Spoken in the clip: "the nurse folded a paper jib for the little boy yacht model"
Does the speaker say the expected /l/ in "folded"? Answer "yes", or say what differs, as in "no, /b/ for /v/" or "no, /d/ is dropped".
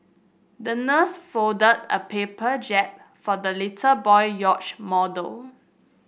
no, /l/ is dropped